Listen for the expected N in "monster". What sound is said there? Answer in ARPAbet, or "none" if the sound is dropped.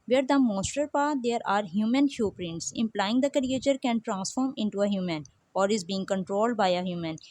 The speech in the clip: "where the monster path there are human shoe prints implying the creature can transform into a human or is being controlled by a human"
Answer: none